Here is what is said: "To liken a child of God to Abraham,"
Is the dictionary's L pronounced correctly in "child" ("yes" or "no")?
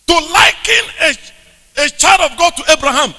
no